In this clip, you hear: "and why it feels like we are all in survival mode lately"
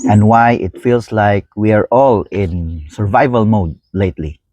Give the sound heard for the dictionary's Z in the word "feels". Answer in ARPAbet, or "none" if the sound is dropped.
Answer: S